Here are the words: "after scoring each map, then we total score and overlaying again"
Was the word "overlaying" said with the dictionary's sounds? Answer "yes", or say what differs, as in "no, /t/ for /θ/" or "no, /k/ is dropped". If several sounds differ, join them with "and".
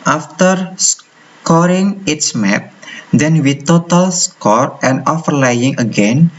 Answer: no, /f/ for /v/